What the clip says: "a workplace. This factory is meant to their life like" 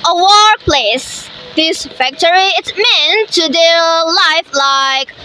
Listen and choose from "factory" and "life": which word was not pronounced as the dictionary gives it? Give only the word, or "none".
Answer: none